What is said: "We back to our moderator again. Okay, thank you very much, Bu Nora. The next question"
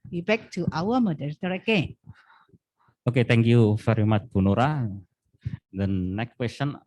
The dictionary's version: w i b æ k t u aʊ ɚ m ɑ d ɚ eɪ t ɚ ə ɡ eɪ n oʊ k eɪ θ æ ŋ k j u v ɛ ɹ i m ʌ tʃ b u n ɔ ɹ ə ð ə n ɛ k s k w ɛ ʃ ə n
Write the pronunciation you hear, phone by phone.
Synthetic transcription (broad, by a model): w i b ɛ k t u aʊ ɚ m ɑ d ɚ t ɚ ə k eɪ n oʊ k eɪ t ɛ ŋ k j u f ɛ ɹ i m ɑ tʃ b u n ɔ ɹ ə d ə n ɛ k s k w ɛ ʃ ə n